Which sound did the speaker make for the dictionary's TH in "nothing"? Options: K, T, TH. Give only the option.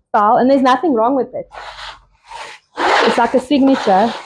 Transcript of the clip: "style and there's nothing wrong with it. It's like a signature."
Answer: TH